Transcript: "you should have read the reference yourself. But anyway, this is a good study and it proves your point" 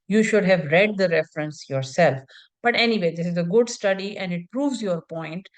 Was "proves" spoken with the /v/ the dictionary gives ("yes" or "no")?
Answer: yes